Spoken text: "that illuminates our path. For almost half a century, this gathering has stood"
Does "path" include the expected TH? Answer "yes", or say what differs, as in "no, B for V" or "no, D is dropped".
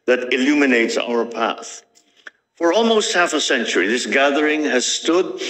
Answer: yes